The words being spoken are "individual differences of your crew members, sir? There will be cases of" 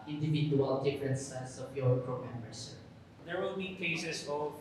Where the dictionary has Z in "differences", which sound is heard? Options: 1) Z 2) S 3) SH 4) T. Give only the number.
2